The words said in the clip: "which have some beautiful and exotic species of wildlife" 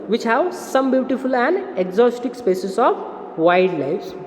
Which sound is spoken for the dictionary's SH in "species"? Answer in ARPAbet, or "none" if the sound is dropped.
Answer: S